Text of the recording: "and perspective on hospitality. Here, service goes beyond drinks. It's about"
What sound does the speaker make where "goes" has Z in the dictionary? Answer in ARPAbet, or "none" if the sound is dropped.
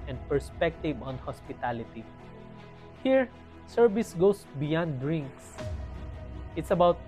S